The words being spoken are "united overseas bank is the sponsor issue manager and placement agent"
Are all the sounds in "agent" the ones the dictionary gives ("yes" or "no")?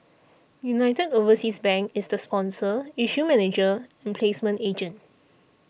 yes